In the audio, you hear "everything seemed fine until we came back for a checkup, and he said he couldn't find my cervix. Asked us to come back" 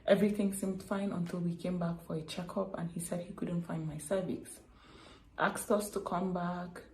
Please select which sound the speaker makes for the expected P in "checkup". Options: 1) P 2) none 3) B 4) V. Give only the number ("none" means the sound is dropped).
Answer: 1